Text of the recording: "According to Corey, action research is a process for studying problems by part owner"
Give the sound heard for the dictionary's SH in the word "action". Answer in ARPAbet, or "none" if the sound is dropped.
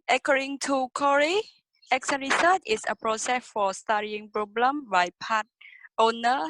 S